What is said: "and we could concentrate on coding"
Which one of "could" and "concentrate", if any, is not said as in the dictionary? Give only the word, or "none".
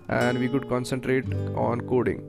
none